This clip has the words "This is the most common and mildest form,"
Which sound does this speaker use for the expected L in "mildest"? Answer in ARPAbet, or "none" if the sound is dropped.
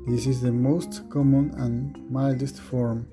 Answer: L